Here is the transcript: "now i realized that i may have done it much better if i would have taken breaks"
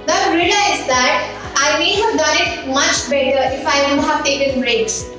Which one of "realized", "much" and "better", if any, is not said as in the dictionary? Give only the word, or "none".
realized